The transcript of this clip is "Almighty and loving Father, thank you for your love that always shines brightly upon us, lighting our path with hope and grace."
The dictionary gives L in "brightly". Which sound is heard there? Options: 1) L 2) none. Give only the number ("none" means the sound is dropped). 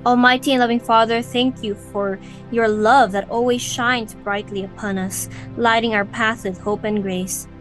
1